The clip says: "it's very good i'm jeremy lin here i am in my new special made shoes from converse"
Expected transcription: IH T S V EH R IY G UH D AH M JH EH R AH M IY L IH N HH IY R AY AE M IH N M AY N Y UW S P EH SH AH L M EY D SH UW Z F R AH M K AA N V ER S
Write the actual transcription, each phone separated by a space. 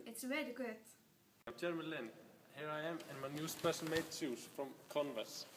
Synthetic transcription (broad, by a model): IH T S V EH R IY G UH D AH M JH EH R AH M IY L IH N HH IY R AY AE M IH N M AY N Y UW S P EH S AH N M EY D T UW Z F R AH M K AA N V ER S